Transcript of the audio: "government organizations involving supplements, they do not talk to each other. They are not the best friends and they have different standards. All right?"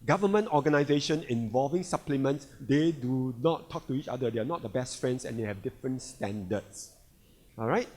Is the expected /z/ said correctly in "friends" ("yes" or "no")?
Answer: no